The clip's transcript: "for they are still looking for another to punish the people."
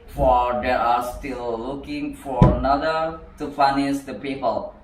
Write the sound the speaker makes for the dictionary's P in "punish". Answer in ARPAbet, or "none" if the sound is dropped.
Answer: F